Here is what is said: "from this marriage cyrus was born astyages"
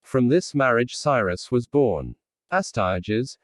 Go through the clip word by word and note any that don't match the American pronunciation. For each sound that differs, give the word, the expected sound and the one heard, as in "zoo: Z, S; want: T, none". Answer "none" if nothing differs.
none